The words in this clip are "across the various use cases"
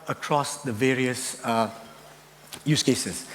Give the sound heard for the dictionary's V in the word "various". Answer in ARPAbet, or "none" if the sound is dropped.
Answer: V